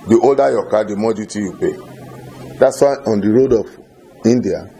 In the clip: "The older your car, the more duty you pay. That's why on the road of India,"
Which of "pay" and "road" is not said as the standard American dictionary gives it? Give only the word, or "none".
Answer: none